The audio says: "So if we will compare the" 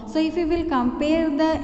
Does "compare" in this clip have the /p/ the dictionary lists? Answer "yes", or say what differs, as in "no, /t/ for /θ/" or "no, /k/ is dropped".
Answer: yes